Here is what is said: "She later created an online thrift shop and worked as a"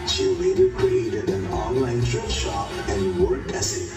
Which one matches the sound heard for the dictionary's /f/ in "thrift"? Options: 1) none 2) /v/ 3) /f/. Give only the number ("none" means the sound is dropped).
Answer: 1